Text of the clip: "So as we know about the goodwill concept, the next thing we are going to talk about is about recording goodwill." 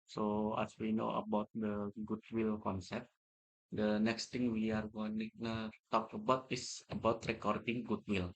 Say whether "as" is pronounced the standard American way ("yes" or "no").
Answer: no